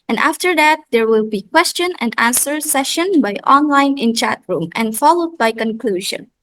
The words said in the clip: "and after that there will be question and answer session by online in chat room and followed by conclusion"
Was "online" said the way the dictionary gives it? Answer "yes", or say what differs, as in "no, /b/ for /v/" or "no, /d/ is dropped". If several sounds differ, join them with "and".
yes